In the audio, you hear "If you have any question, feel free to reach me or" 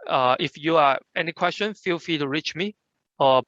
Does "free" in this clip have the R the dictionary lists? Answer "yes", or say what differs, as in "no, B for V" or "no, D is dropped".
no, R is dropped